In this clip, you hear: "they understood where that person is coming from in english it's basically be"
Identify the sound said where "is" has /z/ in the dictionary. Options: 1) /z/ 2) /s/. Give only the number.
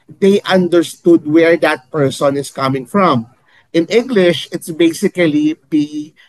2